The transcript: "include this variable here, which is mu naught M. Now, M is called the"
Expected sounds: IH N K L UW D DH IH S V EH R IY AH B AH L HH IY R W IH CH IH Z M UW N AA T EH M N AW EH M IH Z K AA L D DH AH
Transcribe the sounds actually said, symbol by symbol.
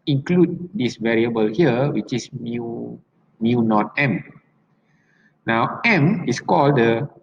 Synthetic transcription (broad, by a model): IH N K L UW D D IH S V EH R IY AH B AH L HH IY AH W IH CH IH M M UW N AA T EH M N AW EH M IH S K AA L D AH